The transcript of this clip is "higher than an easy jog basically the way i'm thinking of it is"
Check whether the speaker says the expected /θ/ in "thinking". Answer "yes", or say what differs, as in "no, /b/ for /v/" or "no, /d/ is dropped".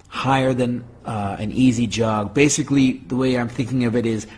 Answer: yes